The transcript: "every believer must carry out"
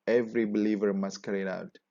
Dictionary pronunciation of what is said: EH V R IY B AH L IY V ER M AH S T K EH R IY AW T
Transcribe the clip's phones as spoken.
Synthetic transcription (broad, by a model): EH V R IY B AH L IY V ER M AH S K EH R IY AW T